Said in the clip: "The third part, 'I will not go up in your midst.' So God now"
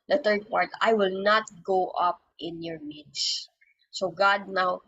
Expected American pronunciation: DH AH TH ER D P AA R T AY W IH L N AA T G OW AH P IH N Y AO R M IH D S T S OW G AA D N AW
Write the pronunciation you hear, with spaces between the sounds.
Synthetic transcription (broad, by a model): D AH T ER D P AA R T AY W IH L N AA T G OW AH P IH N Y AO R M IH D S S OW G AA D N AW